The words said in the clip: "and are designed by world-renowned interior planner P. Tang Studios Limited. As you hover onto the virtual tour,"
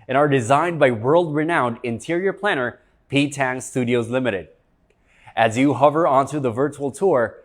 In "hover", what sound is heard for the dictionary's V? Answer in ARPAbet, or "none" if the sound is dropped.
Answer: V